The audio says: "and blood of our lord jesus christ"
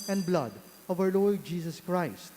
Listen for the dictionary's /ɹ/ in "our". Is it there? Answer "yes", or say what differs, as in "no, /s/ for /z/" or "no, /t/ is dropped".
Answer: no, /w/ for /ɹ/